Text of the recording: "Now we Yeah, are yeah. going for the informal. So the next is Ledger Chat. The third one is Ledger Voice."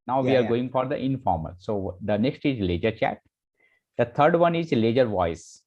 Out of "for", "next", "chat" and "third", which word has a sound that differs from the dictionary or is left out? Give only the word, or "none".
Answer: third